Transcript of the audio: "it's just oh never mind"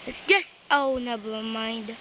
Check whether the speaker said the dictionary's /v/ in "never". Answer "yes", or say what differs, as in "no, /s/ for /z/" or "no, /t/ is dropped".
no, /b/ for /v/